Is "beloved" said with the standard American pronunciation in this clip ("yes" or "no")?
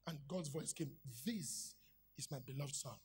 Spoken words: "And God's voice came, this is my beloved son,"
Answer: yes